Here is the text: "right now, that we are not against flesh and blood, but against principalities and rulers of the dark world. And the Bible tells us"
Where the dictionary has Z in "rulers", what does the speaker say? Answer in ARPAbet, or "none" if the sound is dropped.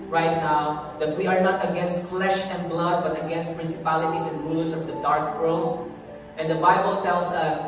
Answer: S